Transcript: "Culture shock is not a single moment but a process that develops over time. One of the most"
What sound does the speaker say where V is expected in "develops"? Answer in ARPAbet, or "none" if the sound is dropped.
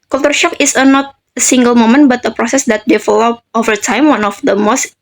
F